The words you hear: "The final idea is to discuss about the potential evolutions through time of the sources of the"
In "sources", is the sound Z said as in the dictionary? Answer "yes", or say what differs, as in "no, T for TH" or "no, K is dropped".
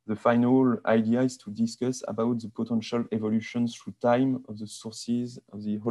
yes